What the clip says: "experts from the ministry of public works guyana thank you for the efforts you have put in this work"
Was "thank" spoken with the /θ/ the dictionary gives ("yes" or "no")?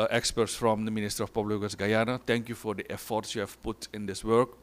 no